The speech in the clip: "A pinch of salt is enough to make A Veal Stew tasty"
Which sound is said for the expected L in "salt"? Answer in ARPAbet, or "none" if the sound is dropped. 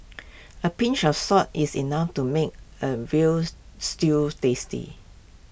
none